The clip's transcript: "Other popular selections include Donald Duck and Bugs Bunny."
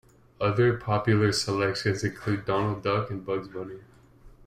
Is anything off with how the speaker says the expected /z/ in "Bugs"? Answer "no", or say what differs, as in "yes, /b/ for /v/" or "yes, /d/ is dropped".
no